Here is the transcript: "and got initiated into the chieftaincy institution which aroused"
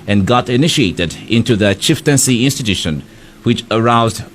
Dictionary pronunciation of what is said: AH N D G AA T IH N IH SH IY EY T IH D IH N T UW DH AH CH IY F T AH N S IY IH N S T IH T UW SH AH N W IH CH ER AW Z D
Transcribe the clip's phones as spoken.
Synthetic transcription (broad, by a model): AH N G AA T IH N IH SH IY EY T IH D IH N T UW DH AH CH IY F T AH N S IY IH N S T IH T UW SH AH N W IH CH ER AW Z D